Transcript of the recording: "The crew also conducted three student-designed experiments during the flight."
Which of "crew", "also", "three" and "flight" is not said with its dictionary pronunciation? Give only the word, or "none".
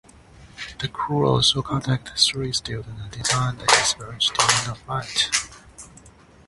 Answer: three